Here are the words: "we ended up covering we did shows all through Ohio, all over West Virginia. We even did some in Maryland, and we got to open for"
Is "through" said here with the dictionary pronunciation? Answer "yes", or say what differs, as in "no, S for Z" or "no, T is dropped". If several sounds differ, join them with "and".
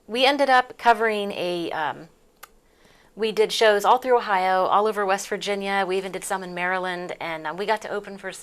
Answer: yes